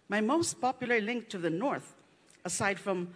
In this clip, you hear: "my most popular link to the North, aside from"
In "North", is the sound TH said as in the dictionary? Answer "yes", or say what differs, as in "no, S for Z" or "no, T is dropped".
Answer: yes